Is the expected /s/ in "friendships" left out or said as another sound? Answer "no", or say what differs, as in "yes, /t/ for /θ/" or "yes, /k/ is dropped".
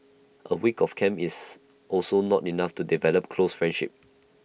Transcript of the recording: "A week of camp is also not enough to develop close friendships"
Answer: yes, /s/ is dropped